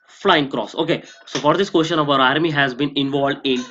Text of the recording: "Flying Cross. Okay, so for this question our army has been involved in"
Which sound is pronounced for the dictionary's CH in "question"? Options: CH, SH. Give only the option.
SH